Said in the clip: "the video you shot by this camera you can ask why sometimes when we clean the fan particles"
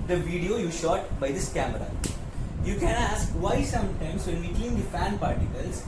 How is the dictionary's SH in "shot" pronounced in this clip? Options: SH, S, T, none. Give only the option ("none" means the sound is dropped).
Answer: SH